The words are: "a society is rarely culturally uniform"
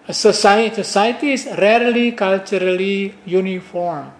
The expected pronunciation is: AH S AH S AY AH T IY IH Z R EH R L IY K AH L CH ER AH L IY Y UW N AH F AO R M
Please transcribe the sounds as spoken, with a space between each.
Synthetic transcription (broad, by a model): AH S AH S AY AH S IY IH S R EH R L IY K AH L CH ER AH L IY Y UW N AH F AO R M